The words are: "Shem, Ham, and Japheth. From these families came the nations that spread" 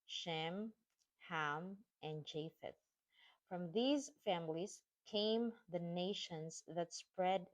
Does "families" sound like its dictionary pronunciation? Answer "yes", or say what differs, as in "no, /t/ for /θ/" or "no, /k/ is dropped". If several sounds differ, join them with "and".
yes